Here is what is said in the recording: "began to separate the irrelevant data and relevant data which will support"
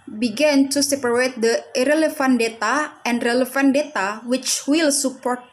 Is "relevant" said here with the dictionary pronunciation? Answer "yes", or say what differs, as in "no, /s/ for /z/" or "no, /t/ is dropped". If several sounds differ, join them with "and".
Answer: no, /f/ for /v/